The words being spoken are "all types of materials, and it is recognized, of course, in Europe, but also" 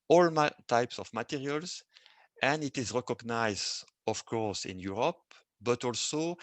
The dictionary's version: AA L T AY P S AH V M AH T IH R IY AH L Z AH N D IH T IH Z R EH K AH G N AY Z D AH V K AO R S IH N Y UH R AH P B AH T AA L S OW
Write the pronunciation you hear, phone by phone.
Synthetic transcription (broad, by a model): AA L T AY P S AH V M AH T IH R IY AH L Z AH N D IH T IH Z R EH K AH G N AY Z D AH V K AO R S IH N Y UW R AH P B AH T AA L S OW